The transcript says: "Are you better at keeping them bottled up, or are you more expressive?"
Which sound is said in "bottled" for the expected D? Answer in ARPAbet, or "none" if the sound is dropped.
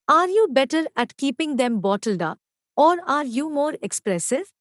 D